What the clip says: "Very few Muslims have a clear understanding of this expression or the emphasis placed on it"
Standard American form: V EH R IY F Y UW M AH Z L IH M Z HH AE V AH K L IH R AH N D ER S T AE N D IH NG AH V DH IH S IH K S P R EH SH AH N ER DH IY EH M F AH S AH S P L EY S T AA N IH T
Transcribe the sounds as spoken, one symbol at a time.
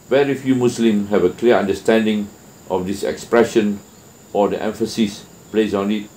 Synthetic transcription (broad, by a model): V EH R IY F Y UW M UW S L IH M HH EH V AH K L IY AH N D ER S T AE N D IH NG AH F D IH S IH K S P R EH SH AH N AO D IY EH M F AH S AH S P L EY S AA N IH T